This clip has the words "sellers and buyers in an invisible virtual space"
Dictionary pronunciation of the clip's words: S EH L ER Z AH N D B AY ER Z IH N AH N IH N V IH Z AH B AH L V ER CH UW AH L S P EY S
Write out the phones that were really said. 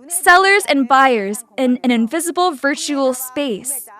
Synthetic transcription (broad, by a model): S EH L ER Z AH N B AY ER Z IH N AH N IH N V IH Z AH B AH L V ER CH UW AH L S P EY S